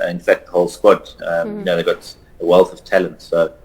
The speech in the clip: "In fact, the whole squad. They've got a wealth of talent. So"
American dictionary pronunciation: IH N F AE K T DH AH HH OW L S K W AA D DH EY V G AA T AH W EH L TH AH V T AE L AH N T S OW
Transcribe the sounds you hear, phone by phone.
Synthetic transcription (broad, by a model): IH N F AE K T DH AH HH OW L S K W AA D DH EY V G AA T AH W EH L TH AH V T AE L AH N T S OW